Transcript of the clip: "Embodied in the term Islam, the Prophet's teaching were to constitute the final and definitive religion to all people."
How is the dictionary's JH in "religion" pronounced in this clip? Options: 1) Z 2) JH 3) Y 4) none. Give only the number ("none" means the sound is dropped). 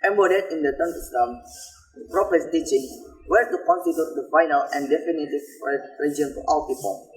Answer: 4